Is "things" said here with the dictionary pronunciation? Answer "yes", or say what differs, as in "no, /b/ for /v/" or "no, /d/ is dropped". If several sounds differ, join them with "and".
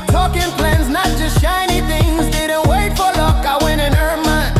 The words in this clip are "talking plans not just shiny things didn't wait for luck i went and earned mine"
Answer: yes